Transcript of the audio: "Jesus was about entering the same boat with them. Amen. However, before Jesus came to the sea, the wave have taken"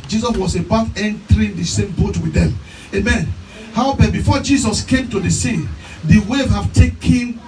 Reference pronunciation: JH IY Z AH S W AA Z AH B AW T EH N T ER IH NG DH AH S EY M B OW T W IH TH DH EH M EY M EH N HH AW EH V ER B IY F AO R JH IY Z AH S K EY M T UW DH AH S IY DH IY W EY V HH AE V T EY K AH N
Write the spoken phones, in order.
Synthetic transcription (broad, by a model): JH IY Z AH S W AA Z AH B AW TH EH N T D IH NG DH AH S EY M B OW T W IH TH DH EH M EY M EH N HH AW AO P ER B IY F AO JH IY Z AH S K EY M T UW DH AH S IY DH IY W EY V HH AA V T EY K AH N